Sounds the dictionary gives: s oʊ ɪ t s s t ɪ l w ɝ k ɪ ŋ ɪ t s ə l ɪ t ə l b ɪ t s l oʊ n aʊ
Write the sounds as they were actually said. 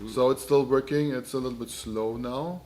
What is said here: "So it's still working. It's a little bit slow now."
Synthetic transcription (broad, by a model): s oʊ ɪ t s s t ɪ l w ɝ k ɪ ŋ ɪ t s ə l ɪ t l b ɪ t s l oʊ n aʊ